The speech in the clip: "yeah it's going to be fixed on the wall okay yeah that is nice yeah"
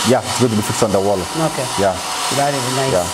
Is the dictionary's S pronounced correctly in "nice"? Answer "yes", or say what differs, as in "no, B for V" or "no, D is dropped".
no, S is dropped